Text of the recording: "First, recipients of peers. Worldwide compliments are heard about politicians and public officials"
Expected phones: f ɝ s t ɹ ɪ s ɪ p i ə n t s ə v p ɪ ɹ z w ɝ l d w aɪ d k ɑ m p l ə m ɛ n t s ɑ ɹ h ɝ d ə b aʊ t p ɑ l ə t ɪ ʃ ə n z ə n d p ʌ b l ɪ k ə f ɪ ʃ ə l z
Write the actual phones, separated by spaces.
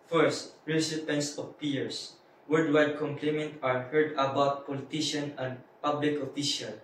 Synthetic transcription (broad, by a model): f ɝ s t ɹ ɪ s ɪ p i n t s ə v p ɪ ɹ s w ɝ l d w aɪ d k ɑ m p l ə m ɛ n t ɑ ɹ h ɝ d ə b aʊ t p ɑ l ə t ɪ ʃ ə n ə n d p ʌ b l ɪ k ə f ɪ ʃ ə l